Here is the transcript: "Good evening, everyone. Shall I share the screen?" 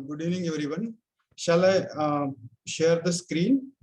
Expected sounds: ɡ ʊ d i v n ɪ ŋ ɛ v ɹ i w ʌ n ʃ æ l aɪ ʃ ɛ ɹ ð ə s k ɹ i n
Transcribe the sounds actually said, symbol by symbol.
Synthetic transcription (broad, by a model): ɡ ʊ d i n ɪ ŋ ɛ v ɹ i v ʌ n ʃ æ l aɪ ʃ ɛ ɹ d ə s k ɹ i n